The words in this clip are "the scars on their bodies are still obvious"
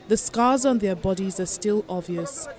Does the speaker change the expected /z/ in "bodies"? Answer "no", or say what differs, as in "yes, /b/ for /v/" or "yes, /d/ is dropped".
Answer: no